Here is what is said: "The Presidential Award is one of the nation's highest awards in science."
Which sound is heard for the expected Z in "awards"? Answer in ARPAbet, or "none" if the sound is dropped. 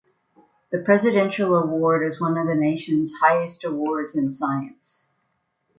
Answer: Z